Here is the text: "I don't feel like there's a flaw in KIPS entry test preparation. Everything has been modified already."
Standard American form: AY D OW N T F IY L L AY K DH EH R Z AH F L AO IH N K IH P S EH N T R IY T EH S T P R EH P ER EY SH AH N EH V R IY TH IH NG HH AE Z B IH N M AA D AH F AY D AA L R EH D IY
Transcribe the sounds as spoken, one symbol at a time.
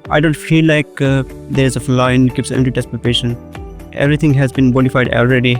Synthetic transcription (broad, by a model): AY D OW N T F IY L L AY K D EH R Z AH F L AO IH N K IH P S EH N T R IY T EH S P EH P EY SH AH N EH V R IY T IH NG HH AE Z B IH N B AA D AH F AY D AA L R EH D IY